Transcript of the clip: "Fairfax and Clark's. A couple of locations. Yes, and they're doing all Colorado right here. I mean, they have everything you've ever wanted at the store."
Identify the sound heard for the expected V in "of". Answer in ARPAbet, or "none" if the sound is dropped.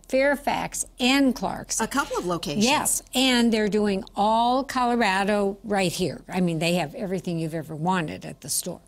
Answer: V